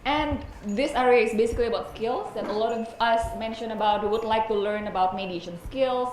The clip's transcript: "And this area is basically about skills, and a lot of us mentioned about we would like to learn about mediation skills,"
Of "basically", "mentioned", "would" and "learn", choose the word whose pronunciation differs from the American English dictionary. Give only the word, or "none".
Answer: mentioned